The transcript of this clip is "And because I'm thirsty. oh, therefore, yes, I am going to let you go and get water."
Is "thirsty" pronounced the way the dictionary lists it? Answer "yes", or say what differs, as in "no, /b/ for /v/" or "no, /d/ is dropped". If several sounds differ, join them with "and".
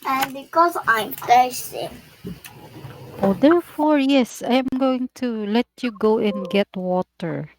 no, /t/ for /θ/